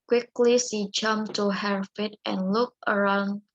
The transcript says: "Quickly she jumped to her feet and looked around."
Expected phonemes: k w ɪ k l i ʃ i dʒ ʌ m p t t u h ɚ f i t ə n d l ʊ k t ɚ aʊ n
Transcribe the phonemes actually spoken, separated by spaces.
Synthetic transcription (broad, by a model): k w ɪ k l i s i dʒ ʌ m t t u h ɚ f i t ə n l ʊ k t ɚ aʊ n